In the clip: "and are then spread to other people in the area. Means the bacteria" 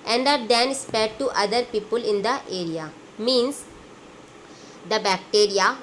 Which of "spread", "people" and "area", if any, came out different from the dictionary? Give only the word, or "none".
spread